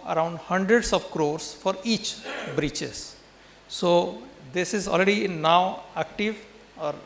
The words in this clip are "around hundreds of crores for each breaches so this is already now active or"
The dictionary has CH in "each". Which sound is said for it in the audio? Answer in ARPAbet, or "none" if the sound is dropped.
CH